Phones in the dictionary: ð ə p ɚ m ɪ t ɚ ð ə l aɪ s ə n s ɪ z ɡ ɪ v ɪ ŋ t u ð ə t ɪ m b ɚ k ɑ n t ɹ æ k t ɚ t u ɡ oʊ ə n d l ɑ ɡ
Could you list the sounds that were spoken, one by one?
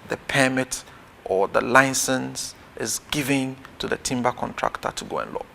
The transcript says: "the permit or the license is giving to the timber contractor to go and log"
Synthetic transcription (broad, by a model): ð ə p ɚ m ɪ t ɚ ð ə l aɪ s ə n s ɪ z ɡ ɪ v ɪ ŋ t u ð ə t ɪ m b ɚ k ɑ n t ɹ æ k t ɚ t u ɡ oʊ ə n l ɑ